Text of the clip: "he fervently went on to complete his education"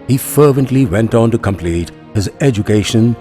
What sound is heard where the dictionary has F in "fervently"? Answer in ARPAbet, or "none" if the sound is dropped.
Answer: F